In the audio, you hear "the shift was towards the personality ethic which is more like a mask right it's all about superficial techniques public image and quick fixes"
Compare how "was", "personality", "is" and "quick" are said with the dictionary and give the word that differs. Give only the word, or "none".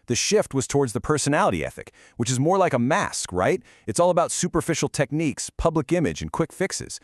none